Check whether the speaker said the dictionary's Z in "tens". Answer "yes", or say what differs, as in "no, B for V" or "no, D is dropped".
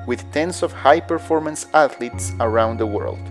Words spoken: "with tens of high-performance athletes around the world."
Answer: no, S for Z